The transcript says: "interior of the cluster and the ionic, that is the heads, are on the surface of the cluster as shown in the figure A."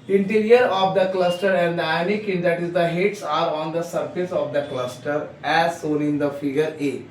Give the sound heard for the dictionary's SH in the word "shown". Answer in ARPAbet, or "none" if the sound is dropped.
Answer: S